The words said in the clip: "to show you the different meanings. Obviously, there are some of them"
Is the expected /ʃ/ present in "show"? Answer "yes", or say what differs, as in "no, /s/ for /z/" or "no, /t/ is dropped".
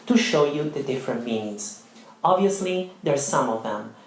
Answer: yes